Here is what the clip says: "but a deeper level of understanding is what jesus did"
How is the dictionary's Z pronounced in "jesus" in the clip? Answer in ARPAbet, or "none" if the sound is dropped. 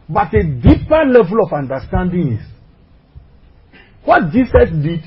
S